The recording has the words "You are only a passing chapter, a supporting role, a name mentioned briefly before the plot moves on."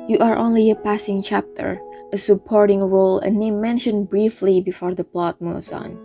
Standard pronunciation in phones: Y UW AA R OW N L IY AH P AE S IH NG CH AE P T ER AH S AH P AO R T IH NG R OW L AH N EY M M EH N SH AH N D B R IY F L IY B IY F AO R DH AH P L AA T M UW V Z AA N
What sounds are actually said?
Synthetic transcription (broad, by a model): Y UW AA R OW N L IY AH P AE S IH NG CH AE P T ER AH S AH P AO R T IH NG R OW L AH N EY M M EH N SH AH N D B R IY F L IY B IY F AO R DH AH P L AA T M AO Z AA N